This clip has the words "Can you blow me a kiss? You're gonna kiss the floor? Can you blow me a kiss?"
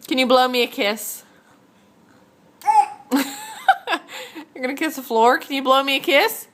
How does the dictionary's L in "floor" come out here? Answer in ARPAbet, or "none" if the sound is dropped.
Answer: L